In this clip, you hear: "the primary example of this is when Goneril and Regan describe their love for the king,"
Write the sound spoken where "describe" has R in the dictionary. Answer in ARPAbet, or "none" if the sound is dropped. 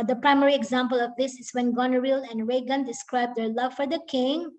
R